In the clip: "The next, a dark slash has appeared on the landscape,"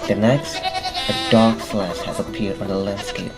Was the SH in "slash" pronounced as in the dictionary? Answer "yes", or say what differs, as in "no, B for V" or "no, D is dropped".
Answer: no, S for SH